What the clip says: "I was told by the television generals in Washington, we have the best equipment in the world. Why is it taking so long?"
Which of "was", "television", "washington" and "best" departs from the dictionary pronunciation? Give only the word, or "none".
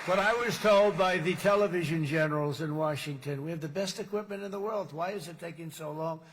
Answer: none